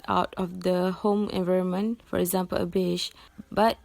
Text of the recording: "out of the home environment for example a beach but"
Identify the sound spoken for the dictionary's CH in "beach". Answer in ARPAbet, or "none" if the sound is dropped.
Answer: SH